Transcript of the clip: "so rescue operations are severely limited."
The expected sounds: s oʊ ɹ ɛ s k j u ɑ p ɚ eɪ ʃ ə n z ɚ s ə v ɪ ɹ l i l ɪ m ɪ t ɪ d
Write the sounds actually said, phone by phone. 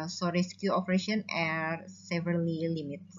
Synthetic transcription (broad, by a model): s oʊ ɹ ɛ s k j u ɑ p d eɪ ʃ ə n ɚ s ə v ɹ l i l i m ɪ t